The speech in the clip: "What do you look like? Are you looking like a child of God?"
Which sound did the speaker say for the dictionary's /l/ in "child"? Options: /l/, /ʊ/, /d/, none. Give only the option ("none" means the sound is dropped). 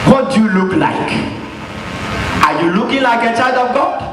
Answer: none